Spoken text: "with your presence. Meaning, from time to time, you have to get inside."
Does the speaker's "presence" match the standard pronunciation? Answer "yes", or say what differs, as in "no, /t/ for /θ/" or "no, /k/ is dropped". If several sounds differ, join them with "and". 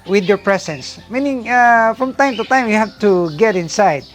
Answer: no, /s/ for /z/